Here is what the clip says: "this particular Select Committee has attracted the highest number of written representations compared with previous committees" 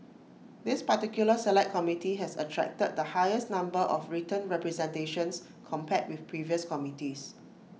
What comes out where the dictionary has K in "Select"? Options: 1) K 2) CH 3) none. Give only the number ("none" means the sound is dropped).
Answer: 3